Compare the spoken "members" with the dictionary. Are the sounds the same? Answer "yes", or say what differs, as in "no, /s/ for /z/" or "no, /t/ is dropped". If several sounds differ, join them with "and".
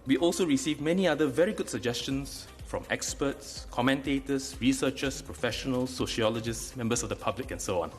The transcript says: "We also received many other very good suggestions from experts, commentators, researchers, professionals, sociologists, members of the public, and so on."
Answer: no, /s/ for /z/